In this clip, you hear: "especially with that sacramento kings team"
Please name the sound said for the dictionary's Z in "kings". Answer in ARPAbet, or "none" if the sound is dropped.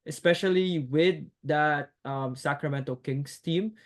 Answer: S